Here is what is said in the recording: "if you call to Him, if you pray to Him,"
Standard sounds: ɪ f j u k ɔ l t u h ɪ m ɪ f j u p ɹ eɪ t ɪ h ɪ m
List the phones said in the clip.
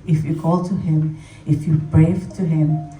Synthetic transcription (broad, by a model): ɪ f j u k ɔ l t u h ɪ m ɪ f j u b ɹ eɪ t ɪ h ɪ m